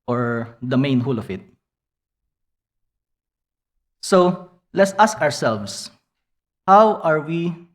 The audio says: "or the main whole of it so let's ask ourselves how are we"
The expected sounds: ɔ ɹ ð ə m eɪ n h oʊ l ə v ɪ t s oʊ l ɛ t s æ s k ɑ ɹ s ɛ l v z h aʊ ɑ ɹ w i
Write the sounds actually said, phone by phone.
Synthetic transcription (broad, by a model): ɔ ɹ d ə m eɪ n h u l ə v ɪ t s oʊ l ɛ t s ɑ s k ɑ ɹ s ɛ l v s h aʊ ɑ ɹ w i